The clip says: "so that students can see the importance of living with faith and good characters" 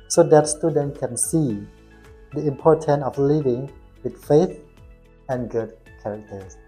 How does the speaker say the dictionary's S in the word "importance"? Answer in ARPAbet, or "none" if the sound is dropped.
none